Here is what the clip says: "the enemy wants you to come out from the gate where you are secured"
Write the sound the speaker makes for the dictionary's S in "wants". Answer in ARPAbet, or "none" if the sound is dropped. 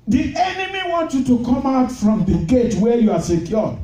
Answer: none